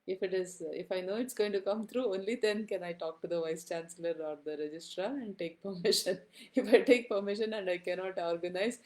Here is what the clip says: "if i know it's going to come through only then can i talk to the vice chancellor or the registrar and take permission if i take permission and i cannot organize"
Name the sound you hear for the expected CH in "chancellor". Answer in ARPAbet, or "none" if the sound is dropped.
CH